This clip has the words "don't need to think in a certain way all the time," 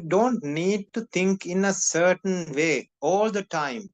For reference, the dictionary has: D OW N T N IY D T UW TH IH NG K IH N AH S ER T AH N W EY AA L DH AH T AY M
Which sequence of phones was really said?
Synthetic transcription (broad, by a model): D OW N T N IY D T UW T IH NG K IH N AH S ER T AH N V EY AA L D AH T AY M